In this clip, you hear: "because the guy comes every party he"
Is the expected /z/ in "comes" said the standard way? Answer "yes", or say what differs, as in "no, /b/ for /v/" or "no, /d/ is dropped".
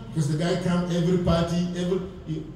no, /z/ is dropped